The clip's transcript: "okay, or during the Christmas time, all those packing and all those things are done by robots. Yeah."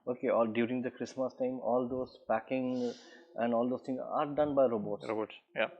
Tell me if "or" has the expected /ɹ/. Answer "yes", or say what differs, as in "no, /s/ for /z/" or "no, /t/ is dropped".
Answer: no, /l/ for /ɹ/